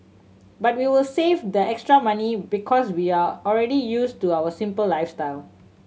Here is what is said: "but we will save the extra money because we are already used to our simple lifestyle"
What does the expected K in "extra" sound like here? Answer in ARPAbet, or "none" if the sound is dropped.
K